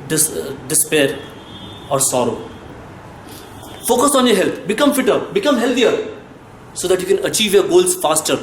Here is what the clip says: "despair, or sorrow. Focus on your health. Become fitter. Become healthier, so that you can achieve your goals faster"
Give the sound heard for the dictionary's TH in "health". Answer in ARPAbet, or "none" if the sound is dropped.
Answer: T